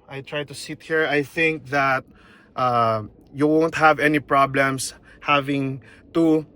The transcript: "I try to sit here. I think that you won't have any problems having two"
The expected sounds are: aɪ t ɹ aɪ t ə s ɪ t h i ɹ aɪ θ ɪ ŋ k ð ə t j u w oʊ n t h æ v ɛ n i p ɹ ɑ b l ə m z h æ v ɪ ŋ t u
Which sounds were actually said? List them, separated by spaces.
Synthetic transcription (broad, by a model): aɪ t ɹ aɪ t ə s ɪ t h i ɹ aɪ θ ɪ ŋ k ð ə t j u w oʊ n t h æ v ɛ n i p ɹ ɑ b l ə m s h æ v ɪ ŋ t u